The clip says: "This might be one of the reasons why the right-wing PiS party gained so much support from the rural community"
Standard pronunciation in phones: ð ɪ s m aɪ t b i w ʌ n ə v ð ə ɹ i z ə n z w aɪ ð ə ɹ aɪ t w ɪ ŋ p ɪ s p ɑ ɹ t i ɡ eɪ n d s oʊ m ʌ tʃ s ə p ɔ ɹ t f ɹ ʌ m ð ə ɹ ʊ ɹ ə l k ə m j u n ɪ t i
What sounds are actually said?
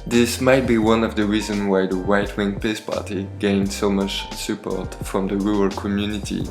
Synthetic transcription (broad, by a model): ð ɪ s m aɪ t b i w ʌ n ə v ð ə ɹ i z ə n w aɪ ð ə w aɪ t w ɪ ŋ p ɪ s p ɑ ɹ t i ɡ eɪ n d s oʊ m ʌ tʃ s ə p ɔ ɹ t f ɹ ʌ m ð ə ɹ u ə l k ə m j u n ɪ t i